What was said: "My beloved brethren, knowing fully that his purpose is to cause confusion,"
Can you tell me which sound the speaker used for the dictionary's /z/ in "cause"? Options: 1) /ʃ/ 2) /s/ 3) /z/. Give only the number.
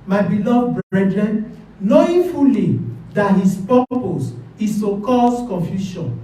2